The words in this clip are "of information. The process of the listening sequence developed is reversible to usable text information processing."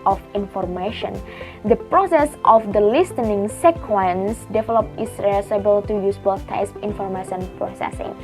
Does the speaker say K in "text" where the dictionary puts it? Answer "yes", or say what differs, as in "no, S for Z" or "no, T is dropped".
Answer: no, K is dropped